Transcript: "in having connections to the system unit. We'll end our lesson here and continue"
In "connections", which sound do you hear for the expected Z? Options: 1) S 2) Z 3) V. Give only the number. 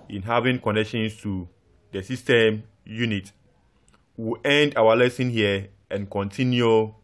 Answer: 1